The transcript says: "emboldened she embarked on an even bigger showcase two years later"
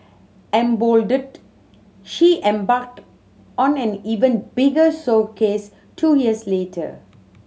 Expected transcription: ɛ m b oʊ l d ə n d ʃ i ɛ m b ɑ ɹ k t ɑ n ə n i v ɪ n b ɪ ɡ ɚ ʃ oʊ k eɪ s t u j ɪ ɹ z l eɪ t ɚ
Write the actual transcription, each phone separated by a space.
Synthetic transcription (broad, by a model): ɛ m b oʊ l d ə d ʃ i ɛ m b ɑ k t ɑ n ə n i v ɪ n b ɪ ɡ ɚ s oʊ k eɪ s t u j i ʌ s l eɪ t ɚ